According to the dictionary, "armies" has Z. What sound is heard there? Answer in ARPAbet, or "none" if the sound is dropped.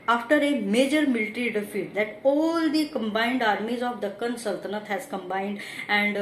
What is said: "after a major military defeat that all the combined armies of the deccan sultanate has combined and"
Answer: Z